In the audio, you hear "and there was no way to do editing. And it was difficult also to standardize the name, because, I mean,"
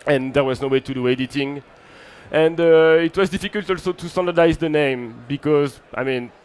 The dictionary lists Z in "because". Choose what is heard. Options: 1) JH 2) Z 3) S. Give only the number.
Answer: 2